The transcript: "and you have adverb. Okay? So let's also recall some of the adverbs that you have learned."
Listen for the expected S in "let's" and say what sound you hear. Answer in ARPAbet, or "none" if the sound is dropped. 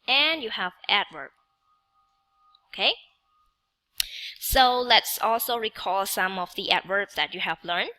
S